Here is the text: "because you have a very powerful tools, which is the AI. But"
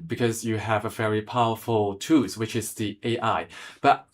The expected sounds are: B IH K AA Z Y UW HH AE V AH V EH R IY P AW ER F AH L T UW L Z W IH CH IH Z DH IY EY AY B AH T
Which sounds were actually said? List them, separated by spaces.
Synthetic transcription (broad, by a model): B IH K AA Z Y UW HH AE V AH V EH R IY P AW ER F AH L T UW Z W IH CH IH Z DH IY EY AY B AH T